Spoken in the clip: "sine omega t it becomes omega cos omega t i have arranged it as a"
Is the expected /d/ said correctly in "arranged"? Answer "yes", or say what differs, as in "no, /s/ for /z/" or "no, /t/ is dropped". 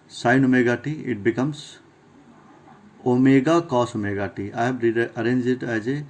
no, /d/ is dropped